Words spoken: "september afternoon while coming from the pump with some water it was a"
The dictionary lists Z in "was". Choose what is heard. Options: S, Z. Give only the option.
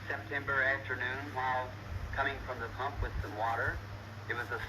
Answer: Z